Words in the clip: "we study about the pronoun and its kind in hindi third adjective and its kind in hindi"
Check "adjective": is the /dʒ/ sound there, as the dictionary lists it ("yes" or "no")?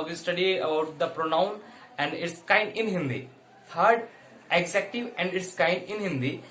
no